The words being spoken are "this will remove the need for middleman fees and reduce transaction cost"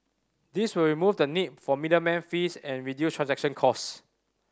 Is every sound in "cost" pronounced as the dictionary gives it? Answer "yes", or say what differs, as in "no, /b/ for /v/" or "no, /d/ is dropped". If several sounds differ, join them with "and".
no, /t/ is dropped